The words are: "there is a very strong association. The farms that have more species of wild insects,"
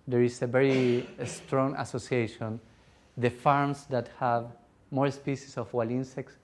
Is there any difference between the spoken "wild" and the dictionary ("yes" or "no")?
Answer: yes